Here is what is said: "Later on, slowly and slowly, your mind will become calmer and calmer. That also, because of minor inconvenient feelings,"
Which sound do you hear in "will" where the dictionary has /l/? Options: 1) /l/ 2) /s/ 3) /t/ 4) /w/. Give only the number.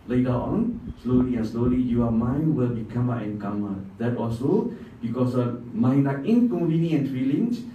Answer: 1